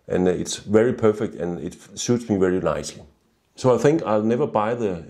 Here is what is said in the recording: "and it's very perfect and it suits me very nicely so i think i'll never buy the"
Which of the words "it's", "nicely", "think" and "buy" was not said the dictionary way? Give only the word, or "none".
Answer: none